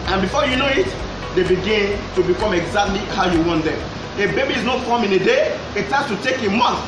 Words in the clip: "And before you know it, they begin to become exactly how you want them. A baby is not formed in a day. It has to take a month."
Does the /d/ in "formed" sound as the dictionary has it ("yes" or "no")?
no